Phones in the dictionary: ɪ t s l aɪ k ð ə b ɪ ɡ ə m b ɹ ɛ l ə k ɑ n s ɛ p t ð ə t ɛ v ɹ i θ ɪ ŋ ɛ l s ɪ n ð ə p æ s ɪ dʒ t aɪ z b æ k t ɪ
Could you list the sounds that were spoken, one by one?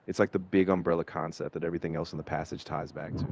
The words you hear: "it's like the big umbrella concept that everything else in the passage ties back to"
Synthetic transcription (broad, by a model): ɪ t s l aɪ k ð ə b ɪ ɡ ə m b ɹ ɛ l ə k ɑ n s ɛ p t ð ə t ɛ v ɹ i θ ɪ ŋ ɛ l s n ð ə p æ s ɪ dʒ t aɪ z b æ k t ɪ